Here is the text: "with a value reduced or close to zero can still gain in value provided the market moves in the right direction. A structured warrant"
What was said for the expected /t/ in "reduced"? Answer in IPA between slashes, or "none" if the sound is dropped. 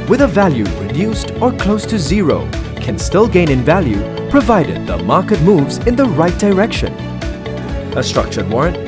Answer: /t/